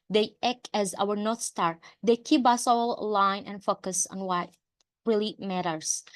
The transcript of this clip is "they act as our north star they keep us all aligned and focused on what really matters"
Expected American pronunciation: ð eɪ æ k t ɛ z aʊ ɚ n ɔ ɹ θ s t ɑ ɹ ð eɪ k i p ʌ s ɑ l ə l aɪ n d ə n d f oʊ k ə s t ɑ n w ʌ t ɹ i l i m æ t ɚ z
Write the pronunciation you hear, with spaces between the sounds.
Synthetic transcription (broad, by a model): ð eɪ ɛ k ɛ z aʊ ɚ n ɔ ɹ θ s t ɑ ɹ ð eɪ k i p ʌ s ɑ l l aɪ n ə n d f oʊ k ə s ɑ n w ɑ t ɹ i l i m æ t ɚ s